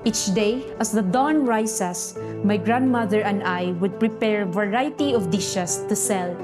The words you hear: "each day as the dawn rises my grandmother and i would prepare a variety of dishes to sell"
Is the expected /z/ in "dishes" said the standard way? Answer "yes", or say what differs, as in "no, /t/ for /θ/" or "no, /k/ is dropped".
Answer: no, /s/ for /z/